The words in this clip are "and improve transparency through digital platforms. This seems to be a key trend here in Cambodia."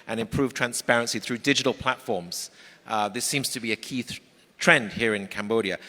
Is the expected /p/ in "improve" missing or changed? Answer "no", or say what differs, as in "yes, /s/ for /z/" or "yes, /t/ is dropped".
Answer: no